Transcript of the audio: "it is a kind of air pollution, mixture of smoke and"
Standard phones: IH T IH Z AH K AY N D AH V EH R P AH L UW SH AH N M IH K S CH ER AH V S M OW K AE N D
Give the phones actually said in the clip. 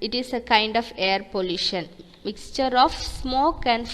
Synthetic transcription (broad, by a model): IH T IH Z AH K AY N D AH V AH R P AH L UW SH AH N M IH K S CH ER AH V S M OW K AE N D